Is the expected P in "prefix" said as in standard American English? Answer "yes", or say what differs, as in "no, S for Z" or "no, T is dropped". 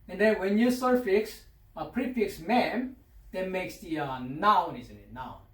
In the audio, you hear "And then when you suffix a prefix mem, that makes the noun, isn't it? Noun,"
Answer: yes